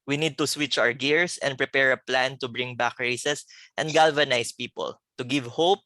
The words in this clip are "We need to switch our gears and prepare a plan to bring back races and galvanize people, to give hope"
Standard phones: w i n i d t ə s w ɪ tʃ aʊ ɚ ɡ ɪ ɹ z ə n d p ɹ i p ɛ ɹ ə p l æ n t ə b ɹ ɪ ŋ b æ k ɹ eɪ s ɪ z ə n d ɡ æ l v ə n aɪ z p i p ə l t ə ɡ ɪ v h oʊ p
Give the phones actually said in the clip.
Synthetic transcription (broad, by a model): w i n i d t ə s w ɪ tʃ aʊ ɚ ɡ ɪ ɹ s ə n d p ɹ i p ɛ ɹ ə p l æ n t ə b ɹ ɪ ŋ b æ k ɹ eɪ s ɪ s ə n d ɡ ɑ l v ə n aɪ s p i p ə l t ə ɡ ɪ v h oʊ p